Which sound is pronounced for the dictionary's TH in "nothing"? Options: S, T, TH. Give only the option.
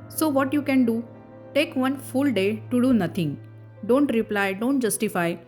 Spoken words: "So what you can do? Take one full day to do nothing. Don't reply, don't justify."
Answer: T